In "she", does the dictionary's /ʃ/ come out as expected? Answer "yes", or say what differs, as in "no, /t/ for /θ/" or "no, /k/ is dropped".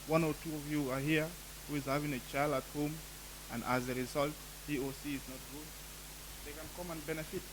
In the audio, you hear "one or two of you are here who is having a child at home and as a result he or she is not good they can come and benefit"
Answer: no, /s/ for /ʃ/